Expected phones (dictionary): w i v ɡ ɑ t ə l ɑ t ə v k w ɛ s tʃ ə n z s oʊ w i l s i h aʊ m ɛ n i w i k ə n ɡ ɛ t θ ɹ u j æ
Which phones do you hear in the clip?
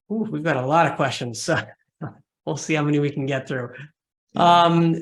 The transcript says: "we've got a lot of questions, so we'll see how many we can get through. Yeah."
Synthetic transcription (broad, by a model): w i v ɡ ɑ t ə l ɑ t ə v k w ɛ s tʃ ə n z s oʊ w i l s i h aʊ m ɛ n i w i k n ɡ ɛ t θ ɹ u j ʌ